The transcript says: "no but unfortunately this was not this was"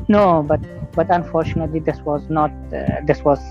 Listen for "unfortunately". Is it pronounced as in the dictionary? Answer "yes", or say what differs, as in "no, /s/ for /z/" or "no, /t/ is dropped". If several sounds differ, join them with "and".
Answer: yes